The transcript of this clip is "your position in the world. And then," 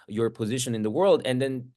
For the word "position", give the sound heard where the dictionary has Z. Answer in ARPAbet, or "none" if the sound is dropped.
Z